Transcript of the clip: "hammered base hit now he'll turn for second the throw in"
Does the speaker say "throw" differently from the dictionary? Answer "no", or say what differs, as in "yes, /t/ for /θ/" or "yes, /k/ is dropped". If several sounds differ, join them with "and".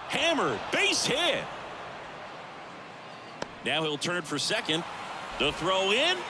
no